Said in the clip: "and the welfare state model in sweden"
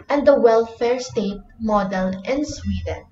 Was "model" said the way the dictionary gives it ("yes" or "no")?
no